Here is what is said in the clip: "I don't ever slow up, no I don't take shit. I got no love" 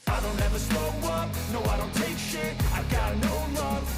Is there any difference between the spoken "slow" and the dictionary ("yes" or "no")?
yes